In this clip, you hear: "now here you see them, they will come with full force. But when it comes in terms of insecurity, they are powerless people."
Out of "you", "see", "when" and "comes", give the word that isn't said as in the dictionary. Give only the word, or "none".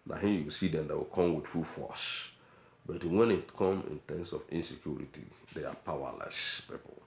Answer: comes